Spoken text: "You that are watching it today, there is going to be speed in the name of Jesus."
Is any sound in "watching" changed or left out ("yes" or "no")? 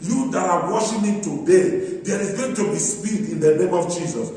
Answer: yes